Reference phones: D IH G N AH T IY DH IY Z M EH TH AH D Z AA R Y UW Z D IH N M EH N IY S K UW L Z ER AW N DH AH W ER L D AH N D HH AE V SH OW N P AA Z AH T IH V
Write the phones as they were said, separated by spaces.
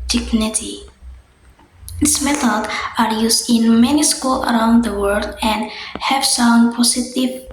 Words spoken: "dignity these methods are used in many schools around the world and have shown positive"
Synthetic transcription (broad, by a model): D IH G N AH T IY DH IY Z M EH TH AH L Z AA R Y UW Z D IH N M EH N IY S K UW L ER AW N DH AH W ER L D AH N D HH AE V S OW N P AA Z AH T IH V